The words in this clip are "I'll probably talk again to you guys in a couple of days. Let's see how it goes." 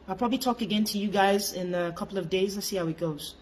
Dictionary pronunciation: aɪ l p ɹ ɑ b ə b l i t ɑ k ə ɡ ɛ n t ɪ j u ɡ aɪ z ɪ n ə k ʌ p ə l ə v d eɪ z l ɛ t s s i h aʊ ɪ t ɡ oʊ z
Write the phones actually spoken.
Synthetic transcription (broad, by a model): aɪ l p ɹ ɑ b ə b l i t ɑ k ə ɡ ɛ n t ɪ j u ɡ aɪ z ɪ n ə k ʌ p l ə v d eɪ z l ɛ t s s i h aʊ ɪ t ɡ oʊ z